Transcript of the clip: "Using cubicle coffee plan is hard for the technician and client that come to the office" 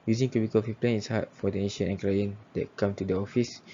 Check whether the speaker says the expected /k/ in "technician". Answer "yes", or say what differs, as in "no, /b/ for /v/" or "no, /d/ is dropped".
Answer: no, /k/ is dropped